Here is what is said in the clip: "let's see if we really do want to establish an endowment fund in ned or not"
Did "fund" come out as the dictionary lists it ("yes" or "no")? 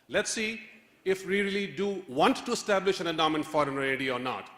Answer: no